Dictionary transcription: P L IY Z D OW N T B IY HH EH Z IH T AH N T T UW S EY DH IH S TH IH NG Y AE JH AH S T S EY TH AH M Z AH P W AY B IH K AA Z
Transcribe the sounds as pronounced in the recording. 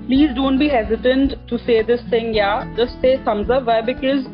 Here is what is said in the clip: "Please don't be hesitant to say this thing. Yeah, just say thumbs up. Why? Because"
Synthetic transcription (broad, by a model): P L IY Z D OW N T B IY HH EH Z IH T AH N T T UW S EY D IH S T IH NG Y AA JH AH S T S EY S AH M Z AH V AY B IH K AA Z